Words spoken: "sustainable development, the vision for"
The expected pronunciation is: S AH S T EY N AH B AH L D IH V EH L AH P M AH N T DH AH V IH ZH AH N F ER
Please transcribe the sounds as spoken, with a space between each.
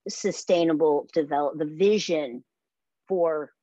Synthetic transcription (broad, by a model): S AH S T EY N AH B L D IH V EH L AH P DH AH V IH ZH AH N F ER